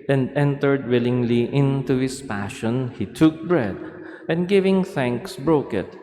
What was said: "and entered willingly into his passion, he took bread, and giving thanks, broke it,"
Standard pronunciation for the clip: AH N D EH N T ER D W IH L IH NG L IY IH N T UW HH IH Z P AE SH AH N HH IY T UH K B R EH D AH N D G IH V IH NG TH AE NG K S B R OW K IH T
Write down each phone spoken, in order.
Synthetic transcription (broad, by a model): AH N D EH N T ER D W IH L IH NG L IY IH N T UW HH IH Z P AE SH AH N HH IY T UH K B R EH D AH N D G IH V IH NG TH AE NG K S B R OW K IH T